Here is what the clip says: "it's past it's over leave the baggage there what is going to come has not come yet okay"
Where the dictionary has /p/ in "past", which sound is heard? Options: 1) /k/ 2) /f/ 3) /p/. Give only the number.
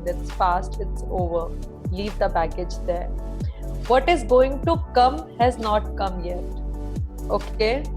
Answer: 2